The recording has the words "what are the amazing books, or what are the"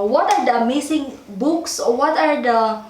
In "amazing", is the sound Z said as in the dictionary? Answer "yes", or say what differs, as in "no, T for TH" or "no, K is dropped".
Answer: no, S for Z